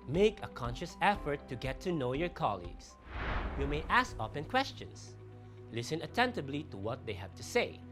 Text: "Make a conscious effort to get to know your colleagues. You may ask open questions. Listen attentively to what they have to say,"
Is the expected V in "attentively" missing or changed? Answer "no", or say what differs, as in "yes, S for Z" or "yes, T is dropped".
yes, B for V